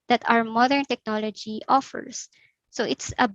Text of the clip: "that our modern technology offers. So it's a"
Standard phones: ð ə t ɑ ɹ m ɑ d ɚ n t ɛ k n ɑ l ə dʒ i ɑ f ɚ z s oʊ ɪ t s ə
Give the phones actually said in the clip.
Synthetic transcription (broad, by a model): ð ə t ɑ w m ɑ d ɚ n t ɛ k n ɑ l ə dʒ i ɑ f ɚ s oʊ ɪ t s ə